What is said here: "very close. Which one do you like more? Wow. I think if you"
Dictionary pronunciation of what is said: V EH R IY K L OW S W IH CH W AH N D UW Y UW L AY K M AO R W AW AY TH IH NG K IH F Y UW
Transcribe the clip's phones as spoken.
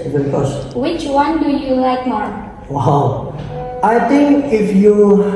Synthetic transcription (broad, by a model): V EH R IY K OW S W IH CH W AH N D UW Y UW L AY K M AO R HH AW AY T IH NG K IH F Y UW